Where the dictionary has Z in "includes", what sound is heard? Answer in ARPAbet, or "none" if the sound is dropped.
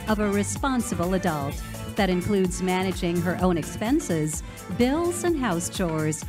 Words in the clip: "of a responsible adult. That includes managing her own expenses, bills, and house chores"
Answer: Z